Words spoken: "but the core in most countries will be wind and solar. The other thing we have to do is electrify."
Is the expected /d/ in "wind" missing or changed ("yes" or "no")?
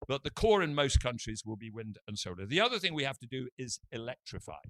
no